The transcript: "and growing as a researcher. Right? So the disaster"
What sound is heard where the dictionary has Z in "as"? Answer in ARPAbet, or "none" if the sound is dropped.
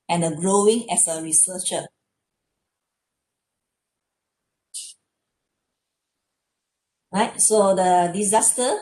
S